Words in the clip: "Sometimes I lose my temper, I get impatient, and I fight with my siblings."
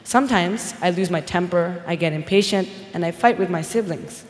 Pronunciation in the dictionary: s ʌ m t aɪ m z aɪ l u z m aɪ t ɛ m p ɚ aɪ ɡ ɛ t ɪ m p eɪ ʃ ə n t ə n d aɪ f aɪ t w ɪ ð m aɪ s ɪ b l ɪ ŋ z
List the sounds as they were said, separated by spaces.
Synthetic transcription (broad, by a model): s ʌ m t aɪ m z aɪ l u z m aɪ t ɛ m p ɚ aɪ ɡ ɛ t ɪ m p eɪ ʃ ə n t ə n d aɪ f aɪ t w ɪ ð m aɪ s ɪ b l ɪ ŋ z